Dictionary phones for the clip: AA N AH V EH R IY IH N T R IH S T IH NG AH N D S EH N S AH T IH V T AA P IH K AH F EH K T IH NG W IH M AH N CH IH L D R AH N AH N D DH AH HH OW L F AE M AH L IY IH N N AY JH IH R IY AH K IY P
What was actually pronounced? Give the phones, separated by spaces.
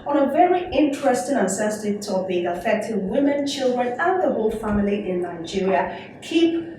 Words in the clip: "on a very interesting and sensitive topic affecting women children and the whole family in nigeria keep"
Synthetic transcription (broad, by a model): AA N AH V EH R IY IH N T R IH S T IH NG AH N S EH S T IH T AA B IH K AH F EH K T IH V W IH M AH N CH IH L D R AH N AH N DH AH HH OW L F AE M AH L IY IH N N AY JH IH R IY AH K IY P